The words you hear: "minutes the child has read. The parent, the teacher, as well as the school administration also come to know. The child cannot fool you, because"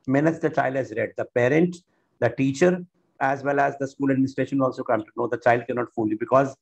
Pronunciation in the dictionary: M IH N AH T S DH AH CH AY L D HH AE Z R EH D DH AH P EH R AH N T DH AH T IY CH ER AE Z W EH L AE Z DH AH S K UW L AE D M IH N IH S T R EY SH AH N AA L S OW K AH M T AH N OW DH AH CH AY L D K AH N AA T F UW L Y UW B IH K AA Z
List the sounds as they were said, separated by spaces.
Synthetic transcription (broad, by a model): M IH N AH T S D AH CH AY L D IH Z R EH D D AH P EH R AH N T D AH T IY CH ER AE Z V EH L AE Z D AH S K UW L AE D M IH N IH S T R EY SH AH N AA L S OW K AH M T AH N OW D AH CH AY L D K AH N AA T F UW L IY B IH K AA Z